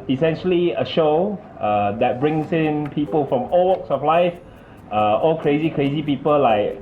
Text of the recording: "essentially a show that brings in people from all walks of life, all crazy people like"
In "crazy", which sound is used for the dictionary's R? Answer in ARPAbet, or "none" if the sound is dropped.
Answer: R